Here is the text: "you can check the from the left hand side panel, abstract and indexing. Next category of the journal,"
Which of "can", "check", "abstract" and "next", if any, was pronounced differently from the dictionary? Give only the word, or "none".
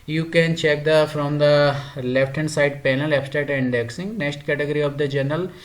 abstract